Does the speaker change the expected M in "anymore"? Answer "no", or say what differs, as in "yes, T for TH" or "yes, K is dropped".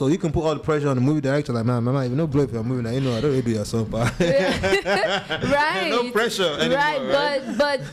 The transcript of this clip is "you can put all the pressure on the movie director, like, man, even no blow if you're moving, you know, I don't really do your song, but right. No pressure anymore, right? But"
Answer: yes, M is dropped